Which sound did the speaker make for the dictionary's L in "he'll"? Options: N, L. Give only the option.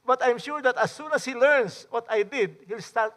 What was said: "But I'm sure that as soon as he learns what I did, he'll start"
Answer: L